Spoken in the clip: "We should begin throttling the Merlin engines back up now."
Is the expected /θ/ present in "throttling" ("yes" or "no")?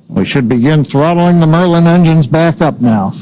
yes